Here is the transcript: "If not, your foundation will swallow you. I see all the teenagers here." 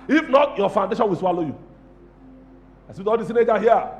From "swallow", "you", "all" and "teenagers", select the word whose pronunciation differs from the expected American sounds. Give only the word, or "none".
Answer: teenagers